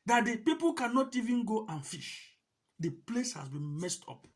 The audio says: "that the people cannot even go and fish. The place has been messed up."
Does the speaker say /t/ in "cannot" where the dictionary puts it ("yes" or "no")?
yes